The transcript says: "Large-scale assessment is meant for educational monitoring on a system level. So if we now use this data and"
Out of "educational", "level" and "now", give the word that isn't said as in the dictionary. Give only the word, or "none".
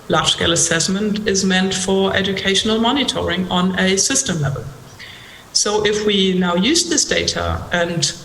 none